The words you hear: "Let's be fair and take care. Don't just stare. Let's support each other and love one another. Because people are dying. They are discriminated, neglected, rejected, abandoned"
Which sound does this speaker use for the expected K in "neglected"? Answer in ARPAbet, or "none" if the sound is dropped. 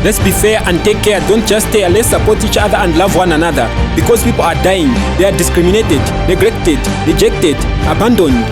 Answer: K